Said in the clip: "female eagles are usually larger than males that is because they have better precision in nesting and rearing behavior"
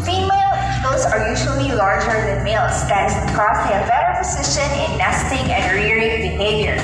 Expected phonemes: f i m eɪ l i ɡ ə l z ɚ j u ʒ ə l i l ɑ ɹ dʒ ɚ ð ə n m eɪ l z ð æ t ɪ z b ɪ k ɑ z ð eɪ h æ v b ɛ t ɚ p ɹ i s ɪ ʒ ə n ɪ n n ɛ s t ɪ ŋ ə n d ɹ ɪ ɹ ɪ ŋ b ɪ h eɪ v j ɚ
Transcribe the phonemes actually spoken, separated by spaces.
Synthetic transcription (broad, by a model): f i m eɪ l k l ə z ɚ j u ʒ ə l i l ɑ ɹ dʒ ɚ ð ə n m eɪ l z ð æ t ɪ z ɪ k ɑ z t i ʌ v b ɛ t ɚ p i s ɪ ʃ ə n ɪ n n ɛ s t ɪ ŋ ə n d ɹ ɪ ɹ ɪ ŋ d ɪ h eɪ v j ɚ